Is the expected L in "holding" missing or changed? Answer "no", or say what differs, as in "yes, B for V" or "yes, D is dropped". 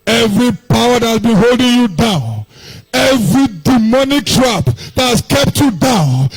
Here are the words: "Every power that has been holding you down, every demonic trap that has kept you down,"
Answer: no